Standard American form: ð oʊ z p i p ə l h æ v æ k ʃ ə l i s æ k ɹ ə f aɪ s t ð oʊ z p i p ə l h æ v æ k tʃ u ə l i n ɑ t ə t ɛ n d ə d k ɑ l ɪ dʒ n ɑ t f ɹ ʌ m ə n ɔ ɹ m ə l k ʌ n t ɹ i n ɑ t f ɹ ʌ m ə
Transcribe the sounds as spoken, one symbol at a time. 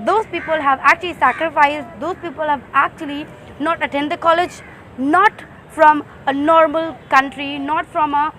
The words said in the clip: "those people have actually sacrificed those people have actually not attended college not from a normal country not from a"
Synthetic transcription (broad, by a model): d oʊ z p i p ə l h æ v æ k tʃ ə l i s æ k ɹ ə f aɪ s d oʊ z p i p ə l h æ v æ k tʃ u ə l i n ɑ t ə t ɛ n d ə k ɑ l ɪ dʒ n ɑ t f ɹ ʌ m ə n ɔ ɹ m ə l k ʌ n t ɹ i n ɑ t f ɹ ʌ m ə